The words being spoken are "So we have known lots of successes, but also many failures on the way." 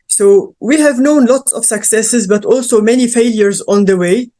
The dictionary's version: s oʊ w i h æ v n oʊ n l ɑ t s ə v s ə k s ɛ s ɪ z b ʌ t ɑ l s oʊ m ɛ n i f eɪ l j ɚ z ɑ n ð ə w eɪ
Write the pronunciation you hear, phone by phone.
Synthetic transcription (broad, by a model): s oʊ w i h æ v n oʊ n l ɑ t s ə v s ə k s ɛ s ɪ z b ʌ t ɑ l s oʊ m ɛ n i f eɪ l j ɚ z ɑ n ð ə w eɪ